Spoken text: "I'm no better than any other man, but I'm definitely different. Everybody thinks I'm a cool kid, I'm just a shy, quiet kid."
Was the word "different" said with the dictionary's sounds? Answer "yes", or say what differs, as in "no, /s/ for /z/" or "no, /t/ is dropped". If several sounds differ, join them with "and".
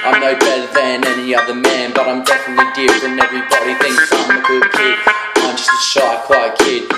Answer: no, /t/ is dropped